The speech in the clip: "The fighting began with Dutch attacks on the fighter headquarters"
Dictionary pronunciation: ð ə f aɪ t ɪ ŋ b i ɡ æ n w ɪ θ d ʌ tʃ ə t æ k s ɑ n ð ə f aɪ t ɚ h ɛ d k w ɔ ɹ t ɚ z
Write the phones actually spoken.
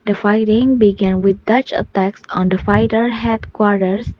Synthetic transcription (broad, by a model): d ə f aɪ t ɪ ŋ b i ɡ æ n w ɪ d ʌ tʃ ə t æ k s ɑ n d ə f aɪ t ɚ h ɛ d k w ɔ ɹ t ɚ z